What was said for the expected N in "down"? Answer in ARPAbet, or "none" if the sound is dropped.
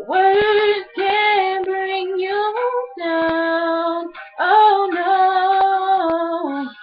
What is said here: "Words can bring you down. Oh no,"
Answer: none